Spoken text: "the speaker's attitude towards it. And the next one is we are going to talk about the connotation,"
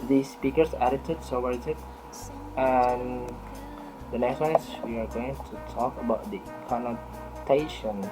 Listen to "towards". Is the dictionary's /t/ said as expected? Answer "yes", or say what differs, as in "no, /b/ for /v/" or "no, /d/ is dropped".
no, /s/ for /t/